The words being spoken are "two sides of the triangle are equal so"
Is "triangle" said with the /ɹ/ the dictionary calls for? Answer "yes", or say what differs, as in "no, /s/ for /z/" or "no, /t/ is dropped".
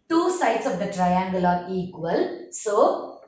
yes